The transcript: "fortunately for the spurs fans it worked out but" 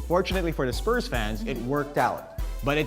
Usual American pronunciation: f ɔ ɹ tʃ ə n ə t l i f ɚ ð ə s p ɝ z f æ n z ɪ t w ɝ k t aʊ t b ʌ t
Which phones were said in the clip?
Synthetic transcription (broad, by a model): f ɔ ɹ tʃ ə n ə t l i f ɚ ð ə s p ɝ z f æ n z ɪ t w ɝ k t aʊ t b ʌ t